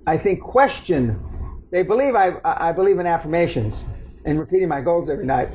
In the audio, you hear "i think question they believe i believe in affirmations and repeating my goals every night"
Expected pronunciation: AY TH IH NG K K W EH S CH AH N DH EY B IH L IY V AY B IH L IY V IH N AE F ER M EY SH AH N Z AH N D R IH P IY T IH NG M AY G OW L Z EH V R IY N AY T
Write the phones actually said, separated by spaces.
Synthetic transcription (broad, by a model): AY TH IH NG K K W EH S CH AH N DH EY B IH L IY V AY B IH L IY V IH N AE F ER M EY SH AH N Z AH N R IH P IY T IH NG M AY G OW L Z EH V R IY N AY T